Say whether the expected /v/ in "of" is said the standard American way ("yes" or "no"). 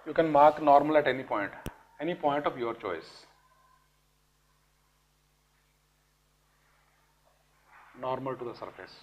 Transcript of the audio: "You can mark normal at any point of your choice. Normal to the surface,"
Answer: no